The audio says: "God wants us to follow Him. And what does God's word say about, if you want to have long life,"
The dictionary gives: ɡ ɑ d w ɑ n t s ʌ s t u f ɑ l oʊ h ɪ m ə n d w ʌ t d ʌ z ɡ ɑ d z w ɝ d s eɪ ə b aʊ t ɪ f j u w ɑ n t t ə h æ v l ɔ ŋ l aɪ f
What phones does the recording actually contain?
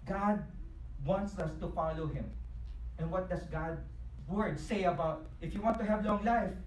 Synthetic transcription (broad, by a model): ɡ ɑ d w ɑ n t s ʌ s t u f ɑ l oʊ h ɪ m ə n w ʌ t d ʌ s ɡ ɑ d w ɝ d s eɪ ə b aʊ t ɪ f j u w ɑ n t t ə h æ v l ɔ ŋ l aɪ f